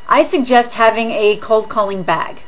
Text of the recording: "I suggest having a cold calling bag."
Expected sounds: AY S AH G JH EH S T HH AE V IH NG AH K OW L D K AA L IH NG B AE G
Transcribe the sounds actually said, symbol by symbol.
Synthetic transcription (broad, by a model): AY S AH G JH EH S T HH AE V IH NG AH K OW L D K AA L IH NG B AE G